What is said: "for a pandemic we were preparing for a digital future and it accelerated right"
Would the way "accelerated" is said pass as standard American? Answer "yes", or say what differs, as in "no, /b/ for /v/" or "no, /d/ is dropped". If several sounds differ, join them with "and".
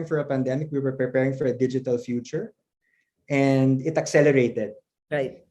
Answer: yes